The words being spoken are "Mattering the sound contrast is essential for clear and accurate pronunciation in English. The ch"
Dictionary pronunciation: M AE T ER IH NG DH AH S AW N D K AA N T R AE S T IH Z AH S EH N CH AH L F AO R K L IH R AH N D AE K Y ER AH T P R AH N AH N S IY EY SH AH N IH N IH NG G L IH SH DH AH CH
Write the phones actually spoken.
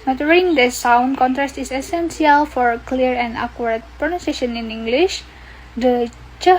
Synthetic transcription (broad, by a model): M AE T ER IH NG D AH S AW N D K AA N T R AE S T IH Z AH S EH N S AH L F AO R K L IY R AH N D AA K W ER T P R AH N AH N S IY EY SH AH N IH N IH NG G L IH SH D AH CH